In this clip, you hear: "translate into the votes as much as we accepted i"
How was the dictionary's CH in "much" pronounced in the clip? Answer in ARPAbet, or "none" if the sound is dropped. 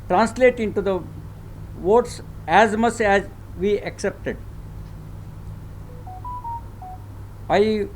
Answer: S